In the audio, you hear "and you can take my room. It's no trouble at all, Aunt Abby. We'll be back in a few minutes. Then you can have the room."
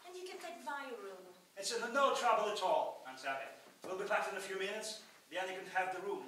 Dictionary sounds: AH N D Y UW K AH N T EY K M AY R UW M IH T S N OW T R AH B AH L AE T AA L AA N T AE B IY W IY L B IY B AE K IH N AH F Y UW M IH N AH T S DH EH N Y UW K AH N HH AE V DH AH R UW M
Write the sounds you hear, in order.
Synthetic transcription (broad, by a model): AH N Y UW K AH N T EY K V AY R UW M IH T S N OW T R AH B AH L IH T AA L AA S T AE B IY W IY L B IY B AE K IH N AH F Y UW M IH N AH T S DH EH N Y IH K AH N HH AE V DH AH R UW M